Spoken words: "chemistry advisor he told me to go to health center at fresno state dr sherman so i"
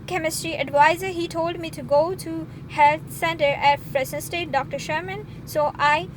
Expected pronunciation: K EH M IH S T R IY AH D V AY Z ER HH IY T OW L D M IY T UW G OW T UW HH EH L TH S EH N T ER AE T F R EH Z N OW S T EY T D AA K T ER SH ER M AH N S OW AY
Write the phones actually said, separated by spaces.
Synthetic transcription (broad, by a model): K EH M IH S T R IY AH D V AY Z ER HH IY T OW L D M IY T UW G OW T UW HH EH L S EH N T ER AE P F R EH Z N S T EY T D AA K T ER SH ER M AH N S OW AY